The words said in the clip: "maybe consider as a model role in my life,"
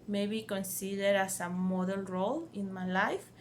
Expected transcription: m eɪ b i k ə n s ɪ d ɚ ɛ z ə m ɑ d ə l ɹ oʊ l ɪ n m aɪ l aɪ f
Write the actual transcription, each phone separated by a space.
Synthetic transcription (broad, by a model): m eɪ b i k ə n s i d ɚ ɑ s ə m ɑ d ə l ɹ oʊ l ɪ n m aɪ l aɪ f